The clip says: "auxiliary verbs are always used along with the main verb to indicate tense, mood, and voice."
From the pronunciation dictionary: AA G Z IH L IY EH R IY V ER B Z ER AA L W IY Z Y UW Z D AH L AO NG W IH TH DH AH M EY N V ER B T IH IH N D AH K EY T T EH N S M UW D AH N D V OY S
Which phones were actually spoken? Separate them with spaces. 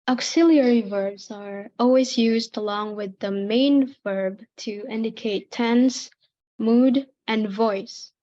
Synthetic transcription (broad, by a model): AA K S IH L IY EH R IY V ER B Z ER AA L W IY Z Y UW Z D AH L AO NG W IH DH AH M EY N V ER B T IH IH N D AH K EY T T EH N S M UW D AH N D V OY S